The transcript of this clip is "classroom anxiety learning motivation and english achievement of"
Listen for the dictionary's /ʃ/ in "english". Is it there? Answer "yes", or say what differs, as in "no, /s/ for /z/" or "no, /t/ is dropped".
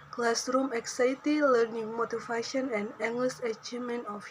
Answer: no, /s/ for /ʃ/